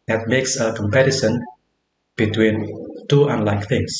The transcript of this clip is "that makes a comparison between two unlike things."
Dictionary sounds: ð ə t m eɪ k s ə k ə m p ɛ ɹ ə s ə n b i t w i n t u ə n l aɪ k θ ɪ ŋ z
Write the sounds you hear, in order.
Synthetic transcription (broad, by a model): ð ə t m eɪ k s ə k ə m p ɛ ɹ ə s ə n b i t w i n t u ə n l aɪ k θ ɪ ŋ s